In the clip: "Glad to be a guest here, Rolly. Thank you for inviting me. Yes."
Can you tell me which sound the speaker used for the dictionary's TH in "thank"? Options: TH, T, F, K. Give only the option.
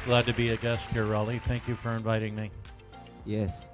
TH